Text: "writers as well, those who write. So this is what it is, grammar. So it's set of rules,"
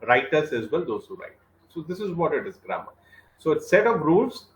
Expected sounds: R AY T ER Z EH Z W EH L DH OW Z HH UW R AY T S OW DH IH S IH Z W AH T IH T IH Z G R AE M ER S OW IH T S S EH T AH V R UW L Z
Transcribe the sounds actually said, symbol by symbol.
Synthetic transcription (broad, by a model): R AY T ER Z EH Z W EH L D OW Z HH UW R AY T S OW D IH S IH Z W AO T IH T IH Z G R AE M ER S OW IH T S S EH T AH P R UW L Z